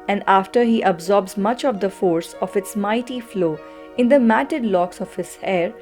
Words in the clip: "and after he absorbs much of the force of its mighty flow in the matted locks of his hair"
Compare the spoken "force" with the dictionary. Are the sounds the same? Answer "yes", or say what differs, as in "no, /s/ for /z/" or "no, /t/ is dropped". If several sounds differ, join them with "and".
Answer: yes